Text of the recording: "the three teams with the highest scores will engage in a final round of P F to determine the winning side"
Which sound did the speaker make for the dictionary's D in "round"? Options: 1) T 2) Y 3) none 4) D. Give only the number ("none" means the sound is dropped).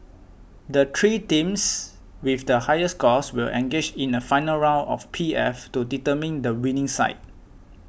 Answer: 3